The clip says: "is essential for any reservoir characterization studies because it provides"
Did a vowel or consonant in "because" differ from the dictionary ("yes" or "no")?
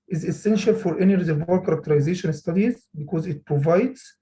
no